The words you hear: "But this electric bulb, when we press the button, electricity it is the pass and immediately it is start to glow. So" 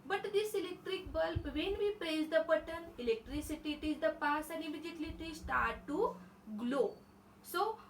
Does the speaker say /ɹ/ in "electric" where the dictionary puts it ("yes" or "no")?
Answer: yes